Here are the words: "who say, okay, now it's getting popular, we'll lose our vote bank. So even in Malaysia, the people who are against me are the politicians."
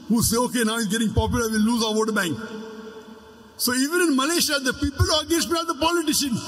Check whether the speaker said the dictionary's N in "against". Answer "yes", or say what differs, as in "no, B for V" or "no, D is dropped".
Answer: no, N is dropped